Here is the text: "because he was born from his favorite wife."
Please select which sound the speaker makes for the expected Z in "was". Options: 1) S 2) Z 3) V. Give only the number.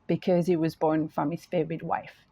2